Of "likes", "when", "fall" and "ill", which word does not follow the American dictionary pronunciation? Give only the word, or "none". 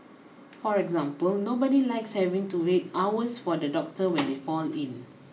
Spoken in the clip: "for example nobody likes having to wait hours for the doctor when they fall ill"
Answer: ill